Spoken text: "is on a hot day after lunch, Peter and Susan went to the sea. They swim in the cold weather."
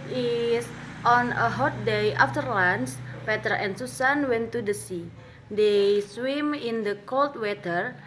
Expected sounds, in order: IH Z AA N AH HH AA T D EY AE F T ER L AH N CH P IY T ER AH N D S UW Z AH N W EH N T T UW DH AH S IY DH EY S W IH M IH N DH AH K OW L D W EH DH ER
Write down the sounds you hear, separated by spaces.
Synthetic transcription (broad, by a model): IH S AA N AH HH AA T D EY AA F T ER L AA N S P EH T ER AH N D S UW S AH N W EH N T T UW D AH S IY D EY S W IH M IH N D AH K OW L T W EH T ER